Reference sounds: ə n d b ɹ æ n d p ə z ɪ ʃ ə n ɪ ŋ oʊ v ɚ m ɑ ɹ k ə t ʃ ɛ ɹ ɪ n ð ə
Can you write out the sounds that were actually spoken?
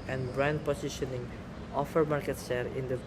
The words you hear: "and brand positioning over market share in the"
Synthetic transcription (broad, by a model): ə n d b ɹ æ n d p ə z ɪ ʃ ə n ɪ ŋ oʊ f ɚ m ɑ ɹ k ə t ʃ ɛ ɹ ɪ n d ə